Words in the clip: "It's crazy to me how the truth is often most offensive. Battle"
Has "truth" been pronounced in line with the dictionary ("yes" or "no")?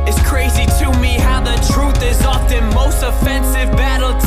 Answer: yes